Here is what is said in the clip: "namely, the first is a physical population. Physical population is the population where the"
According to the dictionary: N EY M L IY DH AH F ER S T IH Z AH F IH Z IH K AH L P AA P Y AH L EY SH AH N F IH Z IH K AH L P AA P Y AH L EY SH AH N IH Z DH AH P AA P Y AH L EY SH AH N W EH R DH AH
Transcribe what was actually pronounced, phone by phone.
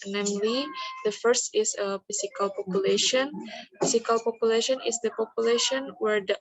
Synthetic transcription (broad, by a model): N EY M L IY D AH F ER S T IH S AH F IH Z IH K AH L P AA P Y AH L EY SH AH N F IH S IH K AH L P AA P Y AH L EY SH AH N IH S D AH P AA P Y AH L EY SH AH N W EH R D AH